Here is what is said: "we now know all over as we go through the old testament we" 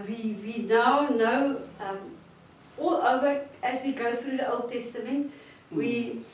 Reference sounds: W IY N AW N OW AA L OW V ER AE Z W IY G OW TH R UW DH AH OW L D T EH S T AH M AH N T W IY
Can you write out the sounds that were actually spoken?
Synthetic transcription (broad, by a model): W IY N AW N OW AA L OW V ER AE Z W IY G OW TH R UW DH AH OW L D T EH S T AH M AH N T W IY